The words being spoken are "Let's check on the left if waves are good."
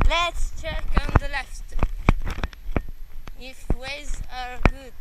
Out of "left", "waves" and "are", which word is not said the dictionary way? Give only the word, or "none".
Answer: waves